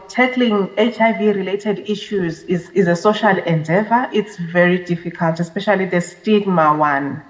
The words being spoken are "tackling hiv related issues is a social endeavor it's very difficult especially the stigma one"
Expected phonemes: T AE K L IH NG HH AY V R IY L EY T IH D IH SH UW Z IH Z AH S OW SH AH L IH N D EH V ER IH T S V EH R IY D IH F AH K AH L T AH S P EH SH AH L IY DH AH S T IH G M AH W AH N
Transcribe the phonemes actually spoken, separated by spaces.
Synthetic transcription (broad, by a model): T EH K L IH NG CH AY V R IY L EY T IH D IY SH UW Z IH Z AH S OW SH AH L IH N D EH V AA IH T S V EH R IY D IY F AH K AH L T AH S P EH SH AH L IY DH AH S T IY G M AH W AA N